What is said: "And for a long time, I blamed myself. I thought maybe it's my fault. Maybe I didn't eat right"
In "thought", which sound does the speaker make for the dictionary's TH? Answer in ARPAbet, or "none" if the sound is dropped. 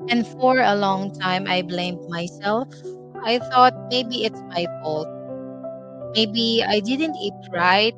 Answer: TH